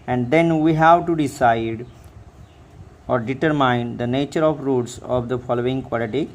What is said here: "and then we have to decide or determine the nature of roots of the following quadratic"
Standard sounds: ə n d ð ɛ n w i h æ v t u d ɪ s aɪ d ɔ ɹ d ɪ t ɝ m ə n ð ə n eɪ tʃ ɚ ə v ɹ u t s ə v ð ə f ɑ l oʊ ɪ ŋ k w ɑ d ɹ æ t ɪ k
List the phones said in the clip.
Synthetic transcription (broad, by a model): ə n d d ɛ n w i h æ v t u d ɪ s aɪ d ɔ ɹ d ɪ t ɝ m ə n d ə n eɪ tʃ ɚ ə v ɹ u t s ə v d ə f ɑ l oʊ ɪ ŋ k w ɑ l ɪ t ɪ